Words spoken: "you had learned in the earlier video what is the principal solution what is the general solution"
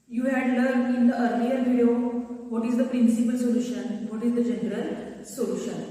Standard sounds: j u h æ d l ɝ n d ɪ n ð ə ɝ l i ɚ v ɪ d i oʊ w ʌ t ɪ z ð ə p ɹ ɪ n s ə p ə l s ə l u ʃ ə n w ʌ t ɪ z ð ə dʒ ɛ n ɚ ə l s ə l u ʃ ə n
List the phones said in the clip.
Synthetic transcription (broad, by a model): j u h æ d l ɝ d ɪ n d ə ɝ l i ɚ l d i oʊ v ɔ t ɪ z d ə p ɹ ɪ n s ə p ə l s ə l u ʃ ə n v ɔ t ɪ z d ə dʒ ɛ n ɚ ə l s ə l u ʃ ə n